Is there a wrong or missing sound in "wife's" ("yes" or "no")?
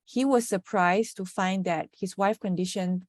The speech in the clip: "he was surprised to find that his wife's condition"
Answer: yes